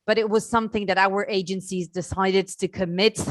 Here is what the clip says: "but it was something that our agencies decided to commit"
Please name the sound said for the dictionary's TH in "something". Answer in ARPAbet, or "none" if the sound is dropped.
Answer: TH